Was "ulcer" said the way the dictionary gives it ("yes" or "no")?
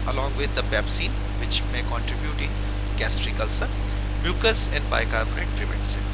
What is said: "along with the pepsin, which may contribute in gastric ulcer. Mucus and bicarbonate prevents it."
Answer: yes